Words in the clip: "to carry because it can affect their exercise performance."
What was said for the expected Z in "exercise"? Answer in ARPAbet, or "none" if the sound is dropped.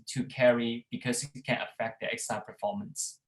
none